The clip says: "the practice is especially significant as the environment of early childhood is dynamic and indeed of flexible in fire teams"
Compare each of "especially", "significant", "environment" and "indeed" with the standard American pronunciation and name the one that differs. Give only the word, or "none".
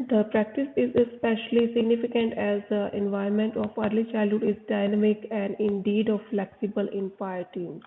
environment